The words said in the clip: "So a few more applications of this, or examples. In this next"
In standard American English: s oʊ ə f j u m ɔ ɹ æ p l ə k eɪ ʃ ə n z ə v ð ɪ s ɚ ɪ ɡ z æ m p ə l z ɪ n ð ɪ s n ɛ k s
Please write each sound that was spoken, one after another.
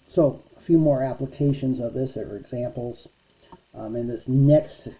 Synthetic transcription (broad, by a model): s oʊ ə f j u m ɔ ɹ æ p l ə k eɪ ʃ ə n z ə v ð ɪ s ɚ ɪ ɡ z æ m p l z ɪ n ð ɪ s n ɛ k s